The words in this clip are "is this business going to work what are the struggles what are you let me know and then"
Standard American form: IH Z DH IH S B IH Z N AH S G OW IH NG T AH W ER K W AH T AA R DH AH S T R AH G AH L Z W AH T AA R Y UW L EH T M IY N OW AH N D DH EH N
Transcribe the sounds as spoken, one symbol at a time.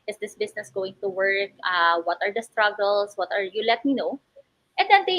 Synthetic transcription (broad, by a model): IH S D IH S B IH S N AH S G OW IH NG T AH W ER K W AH T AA R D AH S T R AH G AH L S W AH T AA R Y UW L EH T M IY N OW AH N D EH N